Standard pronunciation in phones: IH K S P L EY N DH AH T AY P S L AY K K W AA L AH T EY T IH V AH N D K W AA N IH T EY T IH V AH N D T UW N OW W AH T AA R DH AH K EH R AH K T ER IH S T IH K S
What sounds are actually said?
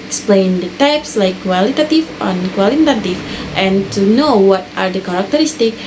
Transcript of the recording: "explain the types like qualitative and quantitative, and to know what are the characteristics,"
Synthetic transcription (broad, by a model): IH K S P L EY N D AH T AY P S L AY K K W AA L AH T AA T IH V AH N K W AA L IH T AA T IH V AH N T UW N OW W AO T AA R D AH K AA R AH K T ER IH S T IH K